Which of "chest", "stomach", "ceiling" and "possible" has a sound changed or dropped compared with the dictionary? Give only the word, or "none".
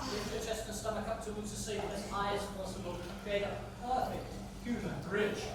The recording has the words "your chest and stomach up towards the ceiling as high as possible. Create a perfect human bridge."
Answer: ceiling